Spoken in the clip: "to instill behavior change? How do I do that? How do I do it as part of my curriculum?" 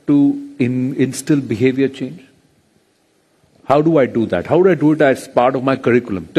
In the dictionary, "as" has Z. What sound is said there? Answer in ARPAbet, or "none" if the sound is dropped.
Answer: S